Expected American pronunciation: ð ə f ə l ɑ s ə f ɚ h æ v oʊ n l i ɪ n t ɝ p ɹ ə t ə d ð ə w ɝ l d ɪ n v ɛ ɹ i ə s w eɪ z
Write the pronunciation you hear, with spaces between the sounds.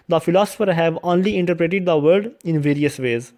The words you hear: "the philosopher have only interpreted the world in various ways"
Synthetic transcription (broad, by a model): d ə f ə l ɑ s ə f ɚ h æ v oʊ n l i ɪ n t ɝ p ɹ ə t ə d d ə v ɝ d ɪ n v ɛ ɹ i ə s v eɪ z